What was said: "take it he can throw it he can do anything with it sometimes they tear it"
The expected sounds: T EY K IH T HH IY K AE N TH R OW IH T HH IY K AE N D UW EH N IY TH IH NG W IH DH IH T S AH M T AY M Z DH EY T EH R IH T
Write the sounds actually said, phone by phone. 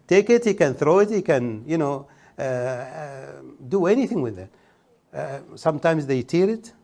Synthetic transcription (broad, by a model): T EY K IH T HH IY K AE N TH R OW IH T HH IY K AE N D UW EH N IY TH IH NG W IH DH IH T S AH M T AY M Z DH EY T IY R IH T